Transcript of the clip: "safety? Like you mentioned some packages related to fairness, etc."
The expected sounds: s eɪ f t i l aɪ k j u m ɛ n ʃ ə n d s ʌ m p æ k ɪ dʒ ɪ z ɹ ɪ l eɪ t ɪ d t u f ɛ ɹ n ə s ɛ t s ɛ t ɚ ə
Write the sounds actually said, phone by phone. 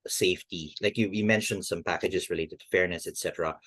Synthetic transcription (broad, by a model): s eɪ f t i l aɪ k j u m ɛ n ʃ ə n d s ʌ m p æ k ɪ dʒ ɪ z ɹ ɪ l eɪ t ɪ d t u f ɛ ɹ n ə s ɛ t s ɛ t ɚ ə